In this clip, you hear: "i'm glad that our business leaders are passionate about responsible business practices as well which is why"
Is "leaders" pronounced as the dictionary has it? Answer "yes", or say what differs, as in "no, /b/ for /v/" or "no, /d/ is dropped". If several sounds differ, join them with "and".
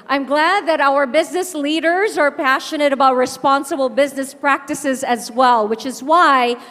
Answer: yes